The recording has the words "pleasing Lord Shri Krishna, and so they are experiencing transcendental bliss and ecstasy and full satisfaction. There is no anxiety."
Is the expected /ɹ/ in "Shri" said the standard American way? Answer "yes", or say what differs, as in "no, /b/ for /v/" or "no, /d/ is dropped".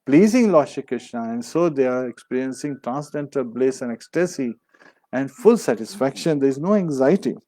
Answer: no, /ɹ/ is dropped